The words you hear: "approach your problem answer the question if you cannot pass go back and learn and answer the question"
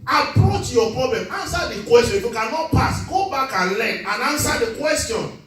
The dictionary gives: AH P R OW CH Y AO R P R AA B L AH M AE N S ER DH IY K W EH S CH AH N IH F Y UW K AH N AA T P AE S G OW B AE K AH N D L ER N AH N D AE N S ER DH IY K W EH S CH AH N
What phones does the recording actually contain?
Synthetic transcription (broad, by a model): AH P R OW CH Y AO P R AA B L AH M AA N S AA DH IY K W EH S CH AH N IH F Y UW K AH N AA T P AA S G OW B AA K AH N L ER N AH N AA N S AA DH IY K W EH S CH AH N